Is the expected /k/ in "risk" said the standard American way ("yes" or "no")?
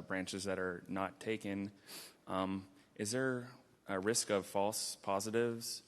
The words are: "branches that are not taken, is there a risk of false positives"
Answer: yes